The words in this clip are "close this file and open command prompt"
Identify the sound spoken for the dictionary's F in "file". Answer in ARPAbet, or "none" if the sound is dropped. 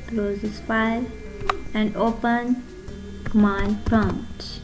P